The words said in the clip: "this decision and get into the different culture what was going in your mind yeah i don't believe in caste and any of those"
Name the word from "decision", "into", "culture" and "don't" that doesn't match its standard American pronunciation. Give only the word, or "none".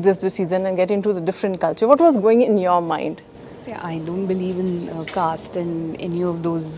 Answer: decision